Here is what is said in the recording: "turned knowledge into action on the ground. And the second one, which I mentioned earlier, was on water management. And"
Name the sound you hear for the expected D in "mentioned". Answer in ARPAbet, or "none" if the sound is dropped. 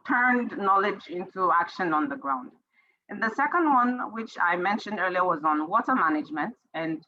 D